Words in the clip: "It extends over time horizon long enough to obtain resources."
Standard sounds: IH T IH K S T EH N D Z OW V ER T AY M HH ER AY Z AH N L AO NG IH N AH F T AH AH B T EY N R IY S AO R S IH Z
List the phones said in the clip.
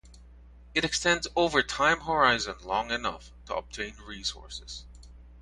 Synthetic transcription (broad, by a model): IH T IH K S T EH N D Z OW V ER T AY M HH ER AY Z AH N L AO NG IH N AH F T AH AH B T EY N R IY S AO R S IH Z